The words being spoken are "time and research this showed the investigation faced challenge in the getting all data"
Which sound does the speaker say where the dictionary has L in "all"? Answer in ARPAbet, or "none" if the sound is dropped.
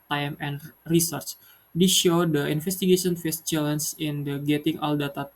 L